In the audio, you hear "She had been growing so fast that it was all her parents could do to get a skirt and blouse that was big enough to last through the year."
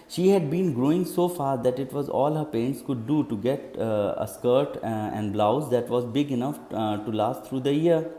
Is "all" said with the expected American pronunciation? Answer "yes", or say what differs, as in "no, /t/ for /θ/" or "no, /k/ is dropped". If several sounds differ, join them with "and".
yes